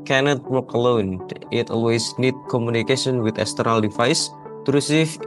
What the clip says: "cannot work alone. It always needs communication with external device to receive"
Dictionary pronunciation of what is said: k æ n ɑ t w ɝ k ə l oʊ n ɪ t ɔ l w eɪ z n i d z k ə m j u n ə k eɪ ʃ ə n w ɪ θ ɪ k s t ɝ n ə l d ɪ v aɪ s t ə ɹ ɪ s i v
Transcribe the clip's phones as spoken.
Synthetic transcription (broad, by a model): k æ n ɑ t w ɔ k ə l oʊ n ɪ t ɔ l w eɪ s n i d k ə m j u n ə k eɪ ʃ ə n w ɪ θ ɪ s t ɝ ə l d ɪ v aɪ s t ɹ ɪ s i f